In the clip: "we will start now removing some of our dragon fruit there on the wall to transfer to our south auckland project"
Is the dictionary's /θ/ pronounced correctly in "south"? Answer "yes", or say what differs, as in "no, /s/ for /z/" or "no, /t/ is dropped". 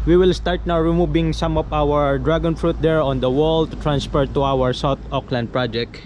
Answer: no, /t/ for /θ/